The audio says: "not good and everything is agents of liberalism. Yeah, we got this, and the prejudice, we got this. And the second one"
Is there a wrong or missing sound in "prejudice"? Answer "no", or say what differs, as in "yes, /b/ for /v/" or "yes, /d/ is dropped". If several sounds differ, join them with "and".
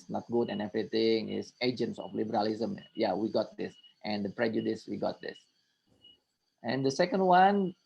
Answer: no